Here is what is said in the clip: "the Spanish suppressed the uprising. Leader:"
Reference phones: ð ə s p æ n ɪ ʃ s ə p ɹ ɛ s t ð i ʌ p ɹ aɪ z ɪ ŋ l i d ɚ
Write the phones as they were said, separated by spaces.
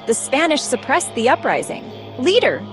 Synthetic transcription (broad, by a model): ð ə s p æ n ɪ ʃ s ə p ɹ ɛ s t ð i ʌ p ɹ aɪ z ɪ ŋ l i d ɚ